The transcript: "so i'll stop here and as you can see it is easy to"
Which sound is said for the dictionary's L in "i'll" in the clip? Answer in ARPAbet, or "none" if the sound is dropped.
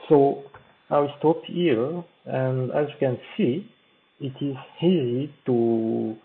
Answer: W